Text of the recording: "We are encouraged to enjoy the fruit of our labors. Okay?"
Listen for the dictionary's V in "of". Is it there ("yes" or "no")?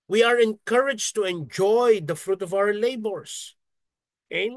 yes